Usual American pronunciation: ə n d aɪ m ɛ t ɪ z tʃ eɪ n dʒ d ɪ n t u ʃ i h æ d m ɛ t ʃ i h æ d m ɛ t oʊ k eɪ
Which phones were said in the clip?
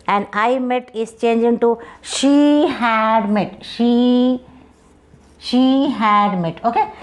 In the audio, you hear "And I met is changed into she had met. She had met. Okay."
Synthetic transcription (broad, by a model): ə n d aɪ m ɛ t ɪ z tʃ eɪ n dʒ ɪ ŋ t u ʃ i h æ d m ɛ t ʃ i h æ d m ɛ t oʊ k eɪ